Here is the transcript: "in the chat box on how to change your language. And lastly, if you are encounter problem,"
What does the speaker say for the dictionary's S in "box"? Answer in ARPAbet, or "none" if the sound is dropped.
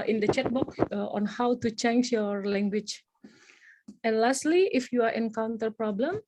none